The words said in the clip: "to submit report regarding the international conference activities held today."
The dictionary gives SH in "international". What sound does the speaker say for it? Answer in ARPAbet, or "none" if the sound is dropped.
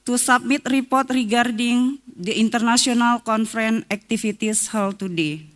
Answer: S